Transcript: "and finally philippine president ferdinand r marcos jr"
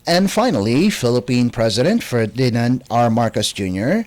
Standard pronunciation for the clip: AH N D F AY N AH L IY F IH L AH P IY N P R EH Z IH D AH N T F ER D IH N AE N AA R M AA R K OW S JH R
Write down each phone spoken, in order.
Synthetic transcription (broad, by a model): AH N D F AY N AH L IY F IH L AH P IY N P R EH Z IH D AH N T F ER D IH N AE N AA R M AA R K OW S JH R